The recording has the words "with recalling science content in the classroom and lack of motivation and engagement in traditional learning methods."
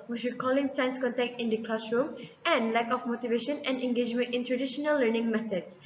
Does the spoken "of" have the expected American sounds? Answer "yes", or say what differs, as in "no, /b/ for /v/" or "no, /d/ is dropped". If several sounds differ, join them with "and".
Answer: no, /f/ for /v/